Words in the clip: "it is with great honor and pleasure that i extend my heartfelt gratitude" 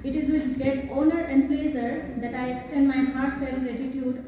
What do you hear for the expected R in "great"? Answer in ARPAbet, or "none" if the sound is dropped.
none